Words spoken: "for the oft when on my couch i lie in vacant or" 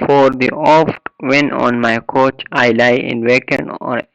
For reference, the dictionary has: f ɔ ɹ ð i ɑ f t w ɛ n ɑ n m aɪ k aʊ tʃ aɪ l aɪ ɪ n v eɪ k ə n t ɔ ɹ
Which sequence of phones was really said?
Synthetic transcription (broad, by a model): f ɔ ɹ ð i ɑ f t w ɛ n ɑ n m aɪ k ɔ tʃ aɪ l aɪ ɪ n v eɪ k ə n ɔ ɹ